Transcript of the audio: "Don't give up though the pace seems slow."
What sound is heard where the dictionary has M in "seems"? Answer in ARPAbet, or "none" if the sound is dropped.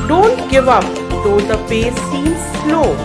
none